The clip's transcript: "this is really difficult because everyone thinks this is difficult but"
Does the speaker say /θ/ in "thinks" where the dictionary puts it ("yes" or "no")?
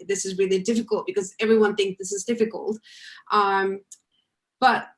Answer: yes